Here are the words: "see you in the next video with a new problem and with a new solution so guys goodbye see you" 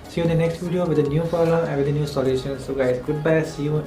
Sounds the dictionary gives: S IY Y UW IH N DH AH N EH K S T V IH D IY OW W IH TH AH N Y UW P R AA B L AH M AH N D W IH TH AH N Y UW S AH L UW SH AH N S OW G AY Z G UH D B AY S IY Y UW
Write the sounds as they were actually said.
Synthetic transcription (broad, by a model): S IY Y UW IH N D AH N EH K S T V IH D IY OW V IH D AH N Y UW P AA L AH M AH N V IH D AH N Y UW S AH L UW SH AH N S OW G AY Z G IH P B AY S IY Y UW